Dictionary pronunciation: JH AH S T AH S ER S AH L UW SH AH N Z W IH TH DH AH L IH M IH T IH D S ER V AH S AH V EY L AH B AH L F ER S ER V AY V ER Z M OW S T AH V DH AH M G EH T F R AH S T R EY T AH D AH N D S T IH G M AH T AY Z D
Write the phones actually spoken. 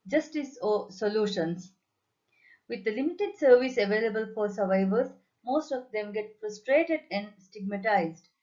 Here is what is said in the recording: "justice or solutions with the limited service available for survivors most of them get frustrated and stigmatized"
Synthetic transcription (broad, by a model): JH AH S T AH S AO S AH L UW SH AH N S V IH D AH L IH M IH T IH D S ER V AH S AH V EY L AH B AH L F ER S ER V AY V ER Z M OW S T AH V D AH M G EH T F R AH S T R EY T AH D AH N D S T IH G M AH T AY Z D